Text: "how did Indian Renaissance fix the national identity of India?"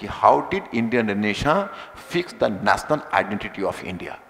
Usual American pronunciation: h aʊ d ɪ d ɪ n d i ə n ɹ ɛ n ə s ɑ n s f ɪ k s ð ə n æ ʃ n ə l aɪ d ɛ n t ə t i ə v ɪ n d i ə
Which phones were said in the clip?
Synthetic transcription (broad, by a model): h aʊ d ɪ d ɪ n d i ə n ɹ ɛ n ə ʃ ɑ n f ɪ k s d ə n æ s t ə n aɪ d ɛ n t ə t i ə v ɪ n d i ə